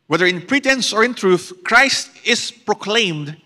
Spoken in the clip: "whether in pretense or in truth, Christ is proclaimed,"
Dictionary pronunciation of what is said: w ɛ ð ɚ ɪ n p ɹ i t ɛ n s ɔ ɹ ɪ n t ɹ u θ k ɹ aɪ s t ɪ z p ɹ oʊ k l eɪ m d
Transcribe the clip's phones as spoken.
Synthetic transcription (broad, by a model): w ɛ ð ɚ ɪ n p ɹ i t ɛ n s ɔ ɹ ɪ n t ɹ u θ k ɹ aɪ s t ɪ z p ɹ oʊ k l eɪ m d